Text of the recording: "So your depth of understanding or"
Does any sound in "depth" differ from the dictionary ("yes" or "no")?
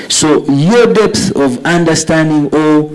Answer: no